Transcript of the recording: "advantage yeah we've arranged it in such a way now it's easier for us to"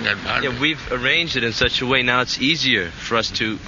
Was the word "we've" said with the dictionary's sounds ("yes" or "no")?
yes